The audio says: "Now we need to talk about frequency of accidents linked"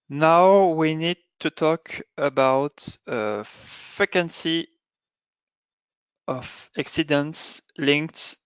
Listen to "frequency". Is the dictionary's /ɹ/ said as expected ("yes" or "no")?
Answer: no